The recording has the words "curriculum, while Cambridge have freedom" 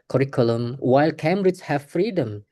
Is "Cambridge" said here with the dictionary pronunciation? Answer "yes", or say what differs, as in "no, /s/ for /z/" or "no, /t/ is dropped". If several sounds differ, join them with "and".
no, /b/ is dropped